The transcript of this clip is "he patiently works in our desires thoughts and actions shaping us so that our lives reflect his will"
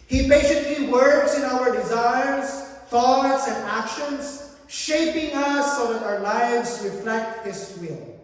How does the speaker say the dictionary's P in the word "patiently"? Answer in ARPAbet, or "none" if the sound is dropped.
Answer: B